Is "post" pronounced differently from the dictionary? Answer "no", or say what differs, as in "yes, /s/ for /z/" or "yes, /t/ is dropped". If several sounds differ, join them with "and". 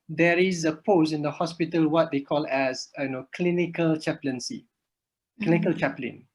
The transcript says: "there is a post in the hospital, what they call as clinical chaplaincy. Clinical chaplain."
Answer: yes, /t/ is dropped